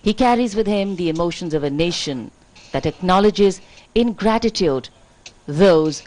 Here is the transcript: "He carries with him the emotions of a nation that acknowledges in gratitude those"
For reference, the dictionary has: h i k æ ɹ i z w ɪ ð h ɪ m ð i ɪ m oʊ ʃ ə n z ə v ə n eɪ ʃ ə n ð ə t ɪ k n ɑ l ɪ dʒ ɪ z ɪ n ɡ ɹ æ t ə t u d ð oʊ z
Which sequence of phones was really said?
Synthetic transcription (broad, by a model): h i k æ ɹ i z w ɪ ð h ɪ m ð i ɪ m oʊ ʃ ə n z ə v ə n eɪ ʃ ə n ð ə t ɪ k n ɑ l ɪ dʒ ɪ z ɪ n ɡ ɹ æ t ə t u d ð oʊ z